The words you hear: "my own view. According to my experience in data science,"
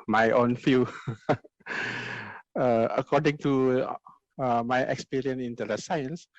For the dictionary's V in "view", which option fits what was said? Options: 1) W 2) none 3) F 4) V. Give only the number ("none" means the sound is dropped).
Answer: 3